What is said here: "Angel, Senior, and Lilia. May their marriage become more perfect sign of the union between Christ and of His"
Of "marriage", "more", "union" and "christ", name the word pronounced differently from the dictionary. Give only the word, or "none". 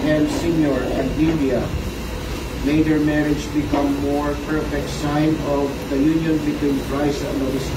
christ